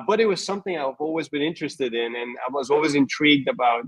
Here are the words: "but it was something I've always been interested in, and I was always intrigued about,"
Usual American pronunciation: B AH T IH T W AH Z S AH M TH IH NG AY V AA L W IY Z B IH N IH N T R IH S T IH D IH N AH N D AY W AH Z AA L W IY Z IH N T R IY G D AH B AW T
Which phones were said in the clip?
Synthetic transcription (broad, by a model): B AH T IH T W AH Z S AH M TH IH NG AY V AA L W IY Z B IH N IH N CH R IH S T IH D IH N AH N AY W AH Z AA L W IY Z IH N T R IY G D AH B AW T